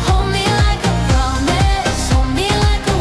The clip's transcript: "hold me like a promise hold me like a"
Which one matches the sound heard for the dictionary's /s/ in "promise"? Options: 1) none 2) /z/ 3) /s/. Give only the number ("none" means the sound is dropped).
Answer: 1